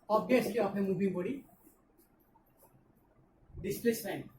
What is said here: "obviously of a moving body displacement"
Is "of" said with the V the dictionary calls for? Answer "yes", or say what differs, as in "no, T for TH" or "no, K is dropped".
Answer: no, P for V